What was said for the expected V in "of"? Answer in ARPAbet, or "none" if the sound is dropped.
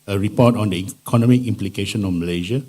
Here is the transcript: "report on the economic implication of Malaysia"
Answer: F